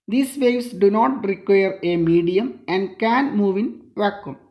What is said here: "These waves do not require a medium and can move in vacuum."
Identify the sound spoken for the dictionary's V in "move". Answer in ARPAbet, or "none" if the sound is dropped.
V